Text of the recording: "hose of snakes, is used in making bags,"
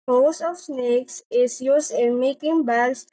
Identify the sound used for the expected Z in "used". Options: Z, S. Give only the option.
S